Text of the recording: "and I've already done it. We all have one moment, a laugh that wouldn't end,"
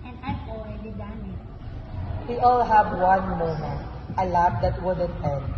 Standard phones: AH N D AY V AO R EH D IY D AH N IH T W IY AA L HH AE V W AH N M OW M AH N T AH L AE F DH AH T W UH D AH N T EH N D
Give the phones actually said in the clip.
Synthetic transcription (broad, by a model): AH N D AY P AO EH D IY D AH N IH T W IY AA L HH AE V W AH N M OW M AH N T AH L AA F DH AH T W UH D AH N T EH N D